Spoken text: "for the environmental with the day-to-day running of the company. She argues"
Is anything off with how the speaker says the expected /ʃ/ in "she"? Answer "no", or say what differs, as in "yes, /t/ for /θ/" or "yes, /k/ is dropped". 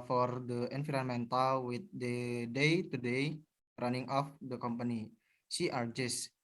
yes, /s/ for /ʃ/